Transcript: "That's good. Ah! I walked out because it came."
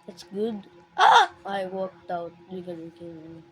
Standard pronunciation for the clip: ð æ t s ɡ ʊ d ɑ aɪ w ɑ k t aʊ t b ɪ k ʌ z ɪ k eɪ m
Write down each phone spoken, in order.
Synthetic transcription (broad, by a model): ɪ t s ɡ ʊ d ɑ aɪ w ɑ k t aʊ t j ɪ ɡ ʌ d ɪ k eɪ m